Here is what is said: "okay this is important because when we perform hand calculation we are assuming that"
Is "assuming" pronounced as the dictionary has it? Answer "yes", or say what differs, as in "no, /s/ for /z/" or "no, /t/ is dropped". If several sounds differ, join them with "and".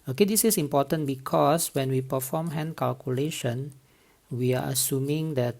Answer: yes